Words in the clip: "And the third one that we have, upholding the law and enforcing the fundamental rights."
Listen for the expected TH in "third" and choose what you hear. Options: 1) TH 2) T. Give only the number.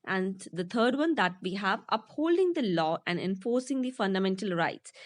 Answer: 2